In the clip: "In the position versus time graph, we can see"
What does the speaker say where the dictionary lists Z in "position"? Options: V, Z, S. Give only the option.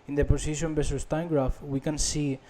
S